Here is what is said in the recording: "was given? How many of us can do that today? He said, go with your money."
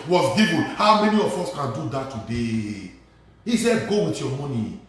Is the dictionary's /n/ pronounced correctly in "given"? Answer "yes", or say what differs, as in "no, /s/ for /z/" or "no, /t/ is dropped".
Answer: no, /l/ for /n/